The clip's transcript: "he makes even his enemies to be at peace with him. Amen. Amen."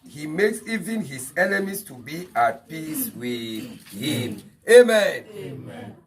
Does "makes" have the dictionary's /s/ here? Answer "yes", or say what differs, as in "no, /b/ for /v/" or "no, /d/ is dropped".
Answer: yes